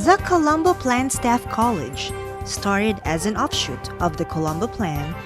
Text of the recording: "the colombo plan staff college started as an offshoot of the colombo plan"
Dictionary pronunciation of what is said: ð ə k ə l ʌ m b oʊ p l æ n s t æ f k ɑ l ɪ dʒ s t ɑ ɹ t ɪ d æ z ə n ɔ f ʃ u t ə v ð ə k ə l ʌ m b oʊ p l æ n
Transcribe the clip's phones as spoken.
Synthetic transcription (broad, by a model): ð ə k ə l ʌ m b oʊ p l æ n s t æ f k ɑ l ɪ dʒ s t ɑ ɹ t ɪ d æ z ə n ɔ f ʃ u t ə v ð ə k ə l ʌ m b oʊ p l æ n